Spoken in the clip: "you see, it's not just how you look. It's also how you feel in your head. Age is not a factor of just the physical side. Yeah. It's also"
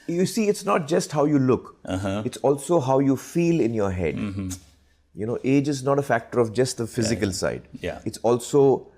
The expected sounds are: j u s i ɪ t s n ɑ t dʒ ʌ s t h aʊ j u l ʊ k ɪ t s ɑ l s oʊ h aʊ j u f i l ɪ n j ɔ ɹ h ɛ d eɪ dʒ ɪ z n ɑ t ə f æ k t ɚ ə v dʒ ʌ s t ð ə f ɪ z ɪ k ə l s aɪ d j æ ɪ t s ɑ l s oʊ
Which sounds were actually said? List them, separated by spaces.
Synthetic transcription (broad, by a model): j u s i ɪ t s n ɑ t dʒ ʌ s t h aʊ j u l ʊ k ɪ t s ɑ l s oʊ h aʊ j u f i l ɪ n j ɔ ɹ h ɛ d eɪ dʒ ɪ z n ɑ t ə f æ k t ɚ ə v dʒ ʌ s t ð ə f ɪ z ɪ k ə l s aɪ d j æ ɪ t s ɑ l s oʊ